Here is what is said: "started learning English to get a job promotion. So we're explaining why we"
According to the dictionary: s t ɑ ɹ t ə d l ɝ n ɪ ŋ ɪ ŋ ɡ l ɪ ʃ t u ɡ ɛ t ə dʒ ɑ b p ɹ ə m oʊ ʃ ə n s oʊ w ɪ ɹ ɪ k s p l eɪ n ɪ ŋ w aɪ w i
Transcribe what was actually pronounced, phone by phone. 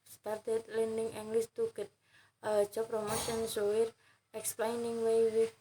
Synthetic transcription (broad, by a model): s t ɑ ɹ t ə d l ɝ n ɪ ŋ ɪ ŋ ɡ l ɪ s t u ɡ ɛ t ə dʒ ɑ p ɹ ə m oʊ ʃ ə n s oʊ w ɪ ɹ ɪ k s p l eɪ n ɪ ŋ w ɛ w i